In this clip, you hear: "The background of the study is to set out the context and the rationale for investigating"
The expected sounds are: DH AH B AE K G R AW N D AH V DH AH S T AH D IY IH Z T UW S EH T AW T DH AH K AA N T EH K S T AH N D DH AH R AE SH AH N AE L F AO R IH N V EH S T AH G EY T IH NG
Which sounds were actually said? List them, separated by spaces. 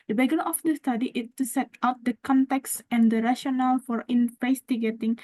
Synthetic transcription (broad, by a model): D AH B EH G AH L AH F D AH S T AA D IY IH S T UW S EH T AW T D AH K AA N T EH K S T AH N D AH R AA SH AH N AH L F AO R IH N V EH S T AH G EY T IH NG